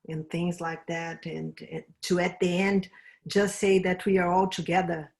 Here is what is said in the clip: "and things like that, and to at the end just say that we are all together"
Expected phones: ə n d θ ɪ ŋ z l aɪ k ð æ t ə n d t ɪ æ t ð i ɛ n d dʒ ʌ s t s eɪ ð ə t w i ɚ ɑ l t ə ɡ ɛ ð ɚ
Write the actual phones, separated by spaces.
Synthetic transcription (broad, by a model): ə n θ ɪ ŋ z l aɪ k ð æ t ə n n t ɪ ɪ t ð i ɛ n d dʒ ʌ s t s eɪ ð ə t w i ɚ ɑ l t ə ɡ ɛ ð ɚ